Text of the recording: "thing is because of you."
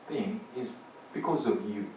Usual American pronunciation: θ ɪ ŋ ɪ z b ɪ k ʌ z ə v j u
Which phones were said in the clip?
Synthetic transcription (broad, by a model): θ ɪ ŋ ɪ z b ɪ k ʌ z ə v j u